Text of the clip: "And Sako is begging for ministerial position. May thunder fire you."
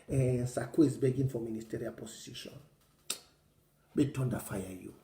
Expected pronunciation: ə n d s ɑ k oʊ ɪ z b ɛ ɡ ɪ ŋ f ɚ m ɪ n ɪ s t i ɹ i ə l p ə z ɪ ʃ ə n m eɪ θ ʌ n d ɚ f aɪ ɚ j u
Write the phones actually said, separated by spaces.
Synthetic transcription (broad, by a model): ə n s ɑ k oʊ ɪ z b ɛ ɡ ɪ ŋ f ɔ m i n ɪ s t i ɹ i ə l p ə s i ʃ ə n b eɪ t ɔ n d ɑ f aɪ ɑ j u